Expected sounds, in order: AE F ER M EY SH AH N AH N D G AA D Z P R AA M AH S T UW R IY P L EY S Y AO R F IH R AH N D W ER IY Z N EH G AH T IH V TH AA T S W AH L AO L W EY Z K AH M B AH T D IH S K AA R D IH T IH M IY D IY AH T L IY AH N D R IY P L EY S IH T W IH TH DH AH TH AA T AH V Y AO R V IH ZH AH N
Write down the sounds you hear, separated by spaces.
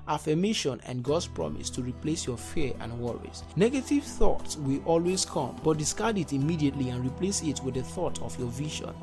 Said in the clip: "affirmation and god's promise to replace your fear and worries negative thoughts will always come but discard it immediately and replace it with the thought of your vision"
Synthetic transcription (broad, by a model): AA F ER M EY SH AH N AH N G AA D S P R AA M AH S T UW R IY P L EY S Y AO F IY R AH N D W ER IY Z N EH G AH T IH V TH AA T S W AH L AO L W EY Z K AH M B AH T D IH S K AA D IH T IH M IY D IY AH T L IY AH N R IY P L EY S IH T W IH DH AH TH AA T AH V Y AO V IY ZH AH N